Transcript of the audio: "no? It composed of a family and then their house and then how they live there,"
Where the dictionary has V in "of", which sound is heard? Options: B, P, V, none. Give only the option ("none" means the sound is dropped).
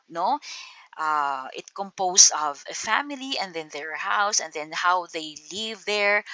V